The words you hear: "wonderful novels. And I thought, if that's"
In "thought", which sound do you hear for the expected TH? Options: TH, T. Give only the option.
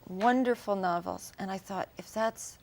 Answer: TH